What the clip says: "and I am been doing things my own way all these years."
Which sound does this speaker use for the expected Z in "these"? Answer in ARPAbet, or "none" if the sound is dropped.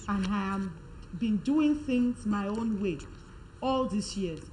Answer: S